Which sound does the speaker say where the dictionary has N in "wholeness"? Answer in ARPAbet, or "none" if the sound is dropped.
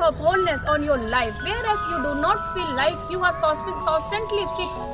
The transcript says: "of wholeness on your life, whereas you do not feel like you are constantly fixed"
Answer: N